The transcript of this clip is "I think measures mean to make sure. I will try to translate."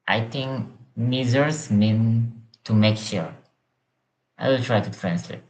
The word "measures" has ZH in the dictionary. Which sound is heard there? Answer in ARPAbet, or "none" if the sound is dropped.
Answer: Z